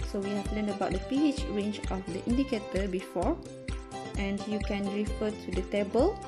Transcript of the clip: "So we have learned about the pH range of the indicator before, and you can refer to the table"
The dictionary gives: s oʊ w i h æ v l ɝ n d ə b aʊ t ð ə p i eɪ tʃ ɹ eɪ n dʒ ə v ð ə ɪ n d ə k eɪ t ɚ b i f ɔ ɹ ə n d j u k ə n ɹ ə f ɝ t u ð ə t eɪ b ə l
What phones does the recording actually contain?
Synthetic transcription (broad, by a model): s oʊ w i h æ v l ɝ n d ə b aʊ t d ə p i eɪ tʃ ɹ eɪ n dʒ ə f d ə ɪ n d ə k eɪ t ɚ b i f ɔ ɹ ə n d j u k ə n ɹ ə f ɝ t u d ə t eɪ b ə l